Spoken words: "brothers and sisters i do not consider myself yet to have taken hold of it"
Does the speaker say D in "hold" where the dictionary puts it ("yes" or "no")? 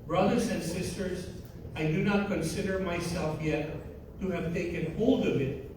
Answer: yes